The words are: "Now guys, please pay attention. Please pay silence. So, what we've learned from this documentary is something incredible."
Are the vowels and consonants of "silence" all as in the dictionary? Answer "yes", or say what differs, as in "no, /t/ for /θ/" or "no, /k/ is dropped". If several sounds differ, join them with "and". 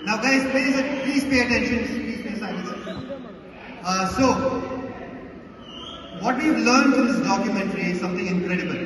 no, /n/ is dropped